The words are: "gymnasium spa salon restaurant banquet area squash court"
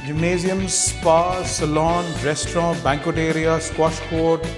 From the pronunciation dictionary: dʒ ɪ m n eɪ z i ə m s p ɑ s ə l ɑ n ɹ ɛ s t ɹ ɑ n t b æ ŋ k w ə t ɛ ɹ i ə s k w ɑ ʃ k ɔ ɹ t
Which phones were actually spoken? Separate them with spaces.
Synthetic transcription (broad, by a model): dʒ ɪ m n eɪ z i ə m s p ɑ s ə l ɑ n ɹ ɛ s t ɹ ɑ b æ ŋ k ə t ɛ ɹ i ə s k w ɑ s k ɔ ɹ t